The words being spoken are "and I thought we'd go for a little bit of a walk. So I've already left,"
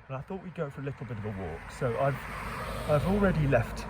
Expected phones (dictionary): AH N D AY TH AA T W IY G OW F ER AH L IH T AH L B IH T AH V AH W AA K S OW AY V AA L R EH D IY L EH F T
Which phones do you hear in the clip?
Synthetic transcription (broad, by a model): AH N AY TH AA T W IY G OW F ER AH L IH T L B IH T AH V AH W AA K S OW AY V AA L R EH D IY L EH F T